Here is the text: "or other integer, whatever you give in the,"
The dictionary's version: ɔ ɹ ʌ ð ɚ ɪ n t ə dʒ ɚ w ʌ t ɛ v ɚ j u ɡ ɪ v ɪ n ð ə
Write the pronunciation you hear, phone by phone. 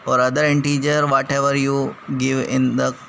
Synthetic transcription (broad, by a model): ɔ ɹ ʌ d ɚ ɪ n t ə dʒ ɚ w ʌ t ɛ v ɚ j u ɡ ɪ v ɪ n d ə